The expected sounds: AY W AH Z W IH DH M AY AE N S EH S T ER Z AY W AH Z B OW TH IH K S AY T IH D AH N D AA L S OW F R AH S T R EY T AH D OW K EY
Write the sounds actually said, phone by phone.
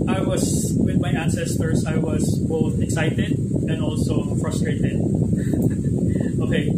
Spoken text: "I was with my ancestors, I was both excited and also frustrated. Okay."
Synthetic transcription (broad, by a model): AY W AH Z W IH DH M AY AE N S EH S T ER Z AY W AH Z B OW TH IH K S AY T IH D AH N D AA L S OW F R AH S T R EY T AH D OW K EY